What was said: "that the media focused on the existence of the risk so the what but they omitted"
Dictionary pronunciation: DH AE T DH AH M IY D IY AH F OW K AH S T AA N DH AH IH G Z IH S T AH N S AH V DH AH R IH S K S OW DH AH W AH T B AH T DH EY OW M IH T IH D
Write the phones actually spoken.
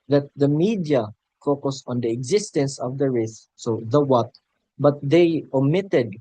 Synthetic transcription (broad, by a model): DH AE T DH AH M IY D IY AH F OW K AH S AA N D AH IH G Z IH S T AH N S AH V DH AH R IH S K S OW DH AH W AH T B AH T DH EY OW M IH T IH D